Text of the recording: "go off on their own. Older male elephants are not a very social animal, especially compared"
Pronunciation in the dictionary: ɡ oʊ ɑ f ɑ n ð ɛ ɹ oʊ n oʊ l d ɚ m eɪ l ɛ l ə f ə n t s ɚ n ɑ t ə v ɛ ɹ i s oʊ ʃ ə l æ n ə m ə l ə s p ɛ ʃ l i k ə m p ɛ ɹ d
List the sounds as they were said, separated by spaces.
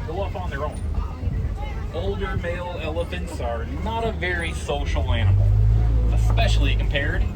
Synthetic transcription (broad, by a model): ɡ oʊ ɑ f n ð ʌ ɹ oʊ n oʊ l d ɚ m eɪ l ɛ l ə f ə n t s ɚ n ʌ t ə v ɛ ɹ i s oʊ ʃ l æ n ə m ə l ə s p ɛ ʃ l i k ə m p ɛ ɹ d